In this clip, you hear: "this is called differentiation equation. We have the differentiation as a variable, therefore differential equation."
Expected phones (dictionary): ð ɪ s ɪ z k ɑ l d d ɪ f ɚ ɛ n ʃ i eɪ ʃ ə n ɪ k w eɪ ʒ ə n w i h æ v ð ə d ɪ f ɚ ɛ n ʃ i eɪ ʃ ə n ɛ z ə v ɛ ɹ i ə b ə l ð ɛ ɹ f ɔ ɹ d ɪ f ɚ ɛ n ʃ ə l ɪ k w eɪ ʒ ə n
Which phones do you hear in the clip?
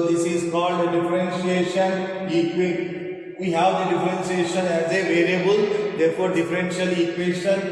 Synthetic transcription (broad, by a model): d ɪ s ɪ z k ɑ l d d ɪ f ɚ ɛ n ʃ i eɪ ʃ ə n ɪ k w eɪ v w i h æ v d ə d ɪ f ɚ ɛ n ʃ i eɪ ʃ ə n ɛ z ə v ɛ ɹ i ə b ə l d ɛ ɹ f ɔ ɹ d ɪ f ɚ ɛ n ʃ ə l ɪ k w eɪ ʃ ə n